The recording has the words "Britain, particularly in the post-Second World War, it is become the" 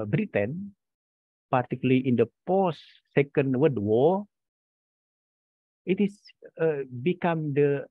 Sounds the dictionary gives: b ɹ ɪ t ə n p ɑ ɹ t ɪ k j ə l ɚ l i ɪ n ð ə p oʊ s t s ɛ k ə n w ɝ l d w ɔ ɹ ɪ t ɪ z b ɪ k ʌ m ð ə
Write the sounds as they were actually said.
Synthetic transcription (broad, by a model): b ɹ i t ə n p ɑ ɹ t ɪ k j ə l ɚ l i ɪ n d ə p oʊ s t s ɛ k ə n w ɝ d w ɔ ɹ ɪ t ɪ s b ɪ k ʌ m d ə